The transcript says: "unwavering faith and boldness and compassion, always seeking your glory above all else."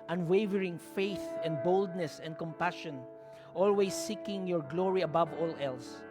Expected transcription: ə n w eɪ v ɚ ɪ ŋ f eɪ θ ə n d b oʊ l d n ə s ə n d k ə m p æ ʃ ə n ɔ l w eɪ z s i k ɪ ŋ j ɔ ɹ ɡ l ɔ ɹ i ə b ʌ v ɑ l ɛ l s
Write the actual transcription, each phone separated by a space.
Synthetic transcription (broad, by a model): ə n w eɪ v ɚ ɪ ŋ f eɪ θ ə n d b oʊ l d n ə s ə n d k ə m p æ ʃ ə n ɔ l w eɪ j s i k ɪ ŋ j ɔ ɹ ɡ l ɔ ɹ i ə b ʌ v ɑ l ɛ l s